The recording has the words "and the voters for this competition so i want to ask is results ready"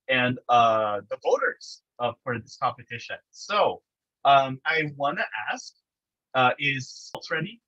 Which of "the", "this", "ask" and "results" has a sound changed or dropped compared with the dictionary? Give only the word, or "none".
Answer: results